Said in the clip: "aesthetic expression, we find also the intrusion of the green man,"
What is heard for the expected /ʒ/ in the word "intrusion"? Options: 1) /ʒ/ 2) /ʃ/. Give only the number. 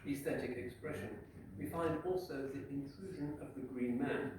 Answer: 1